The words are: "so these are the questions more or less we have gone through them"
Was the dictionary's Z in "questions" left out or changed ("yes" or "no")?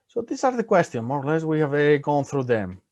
yes